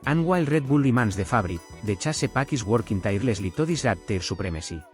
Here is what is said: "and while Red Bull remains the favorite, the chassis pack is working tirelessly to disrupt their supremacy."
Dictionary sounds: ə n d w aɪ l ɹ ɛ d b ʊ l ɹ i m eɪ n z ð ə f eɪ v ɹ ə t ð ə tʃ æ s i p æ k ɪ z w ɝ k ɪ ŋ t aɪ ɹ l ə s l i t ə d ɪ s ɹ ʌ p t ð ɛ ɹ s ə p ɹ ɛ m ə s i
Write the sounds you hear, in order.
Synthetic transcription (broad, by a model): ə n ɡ w aɪ l ɹ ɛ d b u l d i m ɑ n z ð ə f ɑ b ɹ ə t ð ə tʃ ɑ s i p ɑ k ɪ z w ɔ k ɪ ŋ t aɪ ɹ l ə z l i t ə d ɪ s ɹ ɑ t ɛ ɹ s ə p ɹ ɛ m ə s i